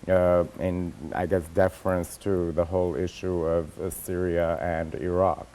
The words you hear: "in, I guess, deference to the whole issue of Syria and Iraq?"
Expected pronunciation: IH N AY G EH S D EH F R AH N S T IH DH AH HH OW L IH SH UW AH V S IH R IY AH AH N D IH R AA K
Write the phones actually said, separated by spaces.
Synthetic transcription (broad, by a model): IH N AY G EH S D EH F R AH N S T IH DH AH HH OW L IH SH UW AH V S IH R IY AH AH N D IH R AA K